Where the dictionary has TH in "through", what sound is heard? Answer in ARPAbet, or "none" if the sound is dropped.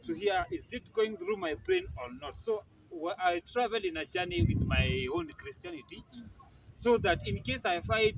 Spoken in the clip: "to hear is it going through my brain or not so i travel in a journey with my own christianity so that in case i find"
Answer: TH